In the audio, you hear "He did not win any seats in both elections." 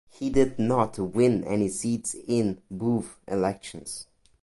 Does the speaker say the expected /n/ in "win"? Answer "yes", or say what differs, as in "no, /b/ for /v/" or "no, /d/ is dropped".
yes